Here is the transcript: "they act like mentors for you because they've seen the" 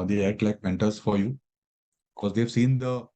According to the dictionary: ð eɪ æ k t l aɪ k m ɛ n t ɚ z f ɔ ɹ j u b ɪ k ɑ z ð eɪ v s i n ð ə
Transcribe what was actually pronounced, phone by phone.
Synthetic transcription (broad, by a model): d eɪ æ t l aɪ k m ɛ n t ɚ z f ɔ ɹ j u b ɪ k ɑ z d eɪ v s i n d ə